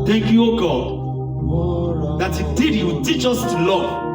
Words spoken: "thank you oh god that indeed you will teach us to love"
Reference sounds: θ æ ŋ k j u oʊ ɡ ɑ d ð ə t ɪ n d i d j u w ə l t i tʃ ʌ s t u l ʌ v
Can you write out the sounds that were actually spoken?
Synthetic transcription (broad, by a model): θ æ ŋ k j u oʊ ɡ ɑ d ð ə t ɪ d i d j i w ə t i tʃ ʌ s t u l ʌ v